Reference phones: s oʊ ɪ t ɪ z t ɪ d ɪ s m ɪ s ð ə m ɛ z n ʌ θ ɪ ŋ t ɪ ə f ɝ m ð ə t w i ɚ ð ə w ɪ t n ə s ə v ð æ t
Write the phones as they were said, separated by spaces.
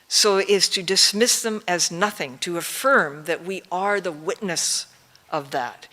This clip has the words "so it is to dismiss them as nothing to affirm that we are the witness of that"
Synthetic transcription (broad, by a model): s oʊ ɪ t ɪ z t ɪ d ɪ s m ɪ s ð ə m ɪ z n ʌ θ ɪ ŋ t ɪ ə f ɝ m ð ə t w i ɚ ð ə w ɪ t n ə s ə v ð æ t